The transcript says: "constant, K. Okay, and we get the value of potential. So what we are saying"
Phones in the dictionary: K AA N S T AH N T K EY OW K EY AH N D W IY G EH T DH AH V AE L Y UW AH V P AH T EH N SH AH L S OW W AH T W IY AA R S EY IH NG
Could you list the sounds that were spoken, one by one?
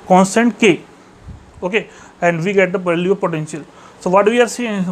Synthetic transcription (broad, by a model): K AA N S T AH N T K EY OW K EY AH N D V IY G EH T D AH P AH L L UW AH P AH T EH N SH AH L S OW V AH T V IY AA R S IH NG